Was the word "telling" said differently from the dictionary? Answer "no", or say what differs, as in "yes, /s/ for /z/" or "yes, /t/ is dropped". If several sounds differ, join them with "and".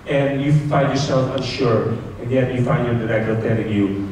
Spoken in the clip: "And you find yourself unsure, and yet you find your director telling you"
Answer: yes, /n/ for /l/